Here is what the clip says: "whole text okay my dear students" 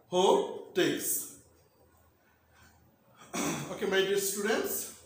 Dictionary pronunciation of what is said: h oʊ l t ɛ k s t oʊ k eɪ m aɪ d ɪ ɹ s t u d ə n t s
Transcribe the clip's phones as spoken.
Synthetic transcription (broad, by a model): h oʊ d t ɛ s oʊ k eɪ m aɪ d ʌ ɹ s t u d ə n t s